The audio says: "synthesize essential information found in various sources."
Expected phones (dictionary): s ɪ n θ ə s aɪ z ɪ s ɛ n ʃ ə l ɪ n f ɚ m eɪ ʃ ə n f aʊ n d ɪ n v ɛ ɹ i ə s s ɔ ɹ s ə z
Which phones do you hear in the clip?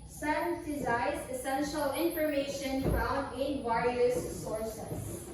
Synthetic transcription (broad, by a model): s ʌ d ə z aɪ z ɪ s ɛ n ʃ ə l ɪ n f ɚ m eɪ ʃ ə n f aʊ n ɪ n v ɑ i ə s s ɔ ɹ s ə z